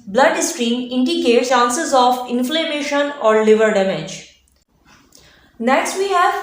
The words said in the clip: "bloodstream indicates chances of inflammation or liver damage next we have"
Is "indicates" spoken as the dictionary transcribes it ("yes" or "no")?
no